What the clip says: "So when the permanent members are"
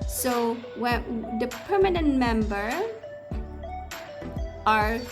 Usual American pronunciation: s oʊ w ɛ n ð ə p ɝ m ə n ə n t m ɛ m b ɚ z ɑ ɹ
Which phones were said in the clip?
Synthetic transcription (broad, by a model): s oʊ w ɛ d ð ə p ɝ m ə n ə n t m ɛ m b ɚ ɑ ɹ